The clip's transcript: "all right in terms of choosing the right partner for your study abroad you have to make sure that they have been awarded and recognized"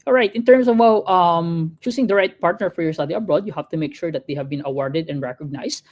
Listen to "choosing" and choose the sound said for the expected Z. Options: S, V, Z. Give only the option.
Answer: S